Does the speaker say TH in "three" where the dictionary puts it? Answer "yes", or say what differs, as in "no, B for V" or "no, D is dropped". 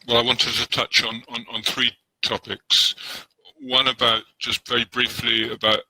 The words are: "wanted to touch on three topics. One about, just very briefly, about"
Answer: yes